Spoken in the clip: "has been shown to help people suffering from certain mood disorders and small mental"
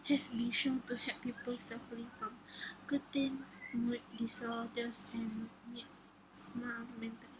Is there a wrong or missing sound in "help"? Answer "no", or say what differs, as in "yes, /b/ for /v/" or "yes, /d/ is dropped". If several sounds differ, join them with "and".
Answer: yes, /l/ is dropped